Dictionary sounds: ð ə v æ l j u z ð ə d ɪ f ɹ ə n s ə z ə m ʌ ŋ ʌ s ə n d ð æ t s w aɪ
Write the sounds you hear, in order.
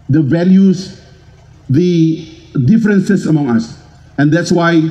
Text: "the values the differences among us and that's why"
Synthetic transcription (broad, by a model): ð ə v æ l j u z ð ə d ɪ f ɹ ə n s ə s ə m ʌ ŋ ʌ s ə n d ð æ t s w aɪ